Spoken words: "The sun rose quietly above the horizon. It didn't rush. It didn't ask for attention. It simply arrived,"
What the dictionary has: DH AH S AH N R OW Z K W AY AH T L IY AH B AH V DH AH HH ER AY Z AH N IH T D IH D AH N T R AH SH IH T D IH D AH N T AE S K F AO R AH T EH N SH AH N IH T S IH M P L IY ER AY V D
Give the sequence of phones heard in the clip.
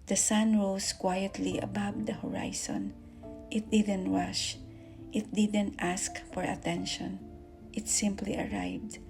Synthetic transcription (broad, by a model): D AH S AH N R OW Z K W AY AH T L IY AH B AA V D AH HH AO AY S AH N IH T D IH D AH N T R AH SH IH T D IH D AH N T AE S K F AO R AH T EH N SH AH N IH T S IH M P L IY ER AY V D